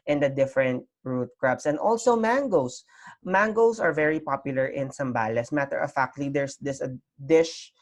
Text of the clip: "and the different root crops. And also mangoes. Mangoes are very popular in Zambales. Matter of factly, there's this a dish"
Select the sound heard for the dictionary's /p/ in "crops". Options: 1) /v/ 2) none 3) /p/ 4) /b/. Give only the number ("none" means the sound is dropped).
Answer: 4